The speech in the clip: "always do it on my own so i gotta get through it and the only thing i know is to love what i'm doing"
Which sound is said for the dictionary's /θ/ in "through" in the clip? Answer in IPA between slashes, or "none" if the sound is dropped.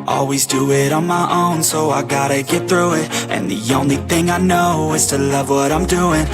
/θ/